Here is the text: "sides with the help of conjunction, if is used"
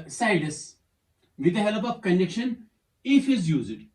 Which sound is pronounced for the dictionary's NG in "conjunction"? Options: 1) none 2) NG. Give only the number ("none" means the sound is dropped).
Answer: 1